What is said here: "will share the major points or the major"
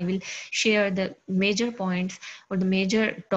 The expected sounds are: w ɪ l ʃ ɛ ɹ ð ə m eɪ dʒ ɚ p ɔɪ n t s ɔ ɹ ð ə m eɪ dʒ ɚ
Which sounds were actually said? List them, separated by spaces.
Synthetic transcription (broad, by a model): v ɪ l ʃ ɛ ɹ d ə m eɪ dʒ ɚ p ɔɪ n t s ɔ ɹ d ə m eɪ dʒ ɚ